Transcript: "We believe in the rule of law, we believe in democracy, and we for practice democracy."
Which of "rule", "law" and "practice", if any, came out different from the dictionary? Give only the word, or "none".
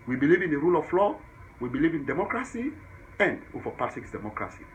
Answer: practice